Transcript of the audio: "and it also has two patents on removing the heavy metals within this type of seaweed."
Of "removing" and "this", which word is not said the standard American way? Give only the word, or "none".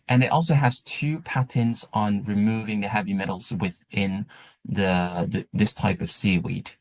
none